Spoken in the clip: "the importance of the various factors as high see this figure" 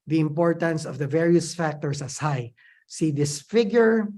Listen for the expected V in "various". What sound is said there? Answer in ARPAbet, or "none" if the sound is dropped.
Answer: V